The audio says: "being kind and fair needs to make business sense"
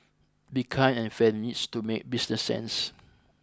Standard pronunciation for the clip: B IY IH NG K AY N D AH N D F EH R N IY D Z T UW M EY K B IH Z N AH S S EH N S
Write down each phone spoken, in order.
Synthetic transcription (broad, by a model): B IY K AY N AH N F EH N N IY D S T UW M EY K B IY S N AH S S EH N S